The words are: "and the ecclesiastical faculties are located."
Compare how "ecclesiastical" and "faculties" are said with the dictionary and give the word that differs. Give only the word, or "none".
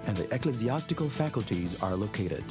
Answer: none